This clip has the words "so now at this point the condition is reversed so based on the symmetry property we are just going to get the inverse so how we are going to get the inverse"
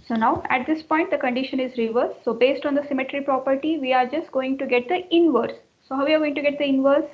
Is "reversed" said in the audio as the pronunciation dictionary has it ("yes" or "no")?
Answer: no